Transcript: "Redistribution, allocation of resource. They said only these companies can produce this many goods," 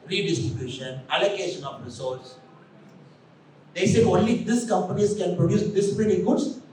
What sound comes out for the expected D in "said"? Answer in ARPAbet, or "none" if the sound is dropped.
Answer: none